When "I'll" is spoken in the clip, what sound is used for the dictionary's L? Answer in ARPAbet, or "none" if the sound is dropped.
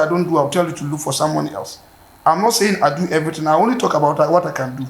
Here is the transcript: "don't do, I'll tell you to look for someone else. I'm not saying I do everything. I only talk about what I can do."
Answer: W